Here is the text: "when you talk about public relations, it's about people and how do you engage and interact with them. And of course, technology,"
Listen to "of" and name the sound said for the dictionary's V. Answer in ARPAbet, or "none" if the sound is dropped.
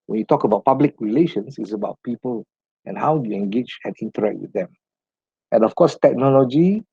F